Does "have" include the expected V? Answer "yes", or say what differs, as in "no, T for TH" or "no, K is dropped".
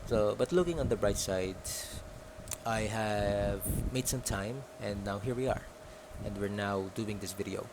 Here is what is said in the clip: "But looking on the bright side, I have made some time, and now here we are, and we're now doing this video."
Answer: yes